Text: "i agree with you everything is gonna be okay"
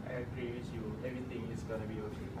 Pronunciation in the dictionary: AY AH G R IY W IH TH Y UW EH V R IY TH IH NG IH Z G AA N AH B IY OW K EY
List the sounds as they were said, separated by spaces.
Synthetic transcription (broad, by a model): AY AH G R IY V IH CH Y UW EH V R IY T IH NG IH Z G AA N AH B IY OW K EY